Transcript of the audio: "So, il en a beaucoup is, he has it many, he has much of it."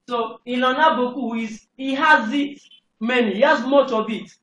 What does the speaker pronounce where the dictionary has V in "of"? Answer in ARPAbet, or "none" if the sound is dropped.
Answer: B